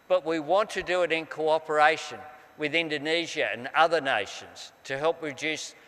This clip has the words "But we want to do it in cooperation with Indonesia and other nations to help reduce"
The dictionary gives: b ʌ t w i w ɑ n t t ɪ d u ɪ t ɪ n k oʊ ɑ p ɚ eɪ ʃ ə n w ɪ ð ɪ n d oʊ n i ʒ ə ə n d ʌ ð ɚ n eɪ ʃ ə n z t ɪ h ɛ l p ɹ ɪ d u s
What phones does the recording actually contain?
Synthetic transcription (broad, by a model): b ʌ t w i w ɑ n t t ɪ d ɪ ɪ t ɪ n k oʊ ɑ p ɚ eɪ ʃ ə n w ɪ ð ɪ n d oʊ n i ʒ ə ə n ʌ ð ɚ n eɪ ʃ ə n z t ɪ h ɛ l p ɹ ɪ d u s